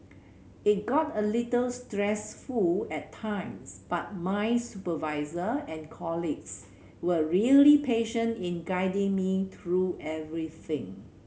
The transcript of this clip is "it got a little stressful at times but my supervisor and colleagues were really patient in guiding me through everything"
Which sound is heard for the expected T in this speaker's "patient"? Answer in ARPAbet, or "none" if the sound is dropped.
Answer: T